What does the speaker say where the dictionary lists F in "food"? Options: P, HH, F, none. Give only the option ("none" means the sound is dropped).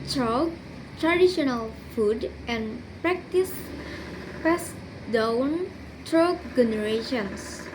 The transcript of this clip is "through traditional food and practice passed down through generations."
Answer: F